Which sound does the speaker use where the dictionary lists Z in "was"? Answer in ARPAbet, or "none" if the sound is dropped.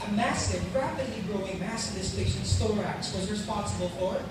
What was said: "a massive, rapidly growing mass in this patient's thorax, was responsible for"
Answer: Z